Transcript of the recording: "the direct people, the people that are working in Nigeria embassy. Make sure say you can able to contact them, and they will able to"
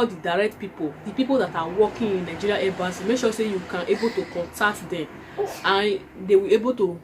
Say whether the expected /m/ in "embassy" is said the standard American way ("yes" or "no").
no